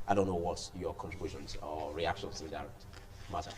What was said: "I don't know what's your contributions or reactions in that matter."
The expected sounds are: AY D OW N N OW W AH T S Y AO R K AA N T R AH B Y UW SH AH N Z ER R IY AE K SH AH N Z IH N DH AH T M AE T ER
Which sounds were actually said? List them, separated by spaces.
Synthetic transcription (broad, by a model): AY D OW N N OW W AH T Y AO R K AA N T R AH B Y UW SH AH N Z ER R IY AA K SH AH N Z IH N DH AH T M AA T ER